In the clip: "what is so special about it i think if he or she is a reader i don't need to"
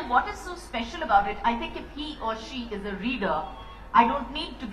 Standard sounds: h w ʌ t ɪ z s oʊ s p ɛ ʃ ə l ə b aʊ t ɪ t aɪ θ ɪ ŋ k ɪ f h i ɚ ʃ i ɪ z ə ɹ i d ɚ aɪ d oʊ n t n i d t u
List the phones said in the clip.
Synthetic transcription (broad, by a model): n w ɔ t ɪ z s oʊ s p ɛ ʃ ə l ə b aʊ t ɪ t aɪ t ɪ ŋ k ɪ f h i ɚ ʃ i ɪ z ə ɹ i d ɚ aɪ d oʊ n t n i d t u